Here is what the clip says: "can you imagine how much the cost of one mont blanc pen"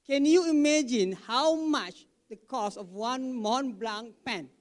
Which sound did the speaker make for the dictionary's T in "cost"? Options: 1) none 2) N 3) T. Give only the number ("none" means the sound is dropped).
1